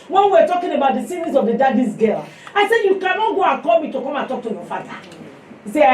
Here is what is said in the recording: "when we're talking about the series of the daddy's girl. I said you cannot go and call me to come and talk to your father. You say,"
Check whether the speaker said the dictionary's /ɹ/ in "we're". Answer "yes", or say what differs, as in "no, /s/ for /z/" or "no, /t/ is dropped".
no, /w/ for /ɹ/